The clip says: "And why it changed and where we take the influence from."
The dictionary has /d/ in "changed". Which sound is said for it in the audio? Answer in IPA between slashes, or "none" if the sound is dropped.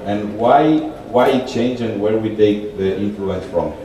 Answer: none